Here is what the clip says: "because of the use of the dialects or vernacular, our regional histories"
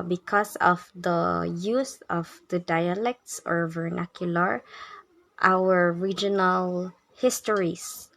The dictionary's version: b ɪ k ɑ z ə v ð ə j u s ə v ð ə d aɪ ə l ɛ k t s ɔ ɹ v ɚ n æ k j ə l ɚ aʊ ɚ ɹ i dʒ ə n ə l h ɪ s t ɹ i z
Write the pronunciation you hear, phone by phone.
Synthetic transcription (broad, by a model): b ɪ k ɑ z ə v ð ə j u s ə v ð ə d aɪ ə l ɛ k t s ɔ ɹ v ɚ n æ k j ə l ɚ aʊ ɚ ɹ i dʒ ə n ə l h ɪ s t ɹ i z